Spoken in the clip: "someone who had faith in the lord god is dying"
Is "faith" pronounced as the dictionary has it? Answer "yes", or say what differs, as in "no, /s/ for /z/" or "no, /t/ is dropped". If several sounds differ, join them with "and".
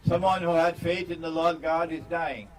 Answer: yes